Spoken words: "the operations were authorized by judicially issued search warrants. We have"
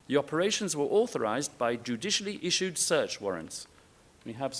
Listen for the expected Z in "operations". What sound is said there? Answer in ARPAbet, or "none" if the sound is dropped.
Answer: Z